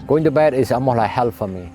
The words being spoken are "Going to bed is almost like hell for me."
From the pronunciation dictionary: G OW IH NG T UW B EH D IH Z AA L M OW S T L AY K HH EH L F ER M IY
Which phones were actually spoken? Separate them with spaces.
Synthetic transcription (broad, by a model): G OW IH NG T UW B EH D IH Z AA M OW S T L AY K HH EH L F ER M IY